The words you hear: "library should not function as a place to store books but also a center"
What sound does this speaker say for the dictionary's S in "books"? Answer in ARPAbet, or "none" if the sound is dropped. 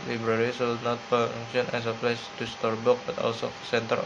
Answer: none